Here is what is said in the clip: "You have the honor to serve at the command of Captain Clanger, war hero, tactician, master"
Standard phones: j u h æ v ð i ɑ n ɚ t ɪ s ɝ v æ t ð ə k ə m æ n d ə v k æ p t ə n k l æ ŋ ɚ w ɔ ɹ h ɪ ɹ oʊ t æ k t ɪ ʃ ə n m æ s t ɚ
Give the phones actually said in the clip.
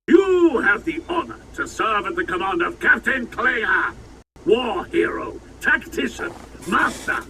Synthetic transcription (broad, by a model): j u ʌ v ð i ɑ n ɚ t ɪ s ɝ v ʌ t ð ə k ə m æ n d ə v k æ p t ə n k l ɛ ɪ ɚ w ɔ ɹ h ɪ ɹ oʊ t æ k t ɪ ʃ ə n m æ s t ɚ